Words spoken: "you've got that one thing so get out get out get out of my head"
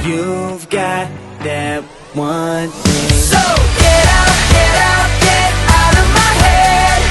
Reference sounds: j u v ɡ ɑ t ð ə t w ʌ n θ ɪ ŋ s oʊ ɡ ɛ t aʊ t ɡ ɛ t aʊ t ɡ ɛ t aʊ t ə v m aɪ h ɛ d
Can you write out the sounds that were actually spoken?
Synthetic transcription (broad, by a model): j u v ɡ ɑ t ð ə t w ʌ n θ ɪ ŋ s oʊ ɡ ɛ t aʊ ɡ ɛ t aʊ ɡ ɛ t aʊ t ə v m aɪ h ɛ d